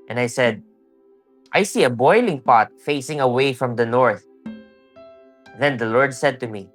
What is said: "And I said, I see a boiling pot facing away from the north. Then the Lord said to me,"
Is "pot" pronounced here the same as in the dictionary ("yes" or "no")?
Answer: yes